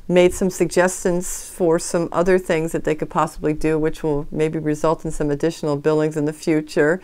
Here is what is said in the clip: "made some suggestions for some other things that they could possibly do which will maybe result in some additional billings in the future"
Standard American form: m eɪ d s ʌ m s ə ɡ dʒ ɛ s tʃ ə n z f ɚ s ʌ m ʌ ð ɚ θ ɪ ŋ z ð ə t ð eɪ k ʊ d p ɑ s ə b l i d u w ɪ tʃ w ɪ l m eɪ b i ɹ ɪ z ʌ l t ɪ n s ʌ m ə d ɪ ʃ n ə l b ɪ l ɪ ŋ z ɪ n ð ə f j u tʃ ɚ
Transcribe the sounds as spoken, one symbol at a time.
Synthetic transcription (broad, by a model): m eɪ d s ʌ m s ə ɡ dʒ ɛ s tʃ ə n z f ɚ s ʌ m ʌ ð ɚ θ ɪ ŋ z ð ə t ð eɪ k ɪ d p ɑ s ə b l i d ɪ w ɪ tʃ w ɪ l m eɪ b i ɹ ɪ z ʌ l t n s ʌ m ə d ɪ ʃ n l b ɪ l ɪ ŋ z ɪ n ð ə f j u tʃ ɚ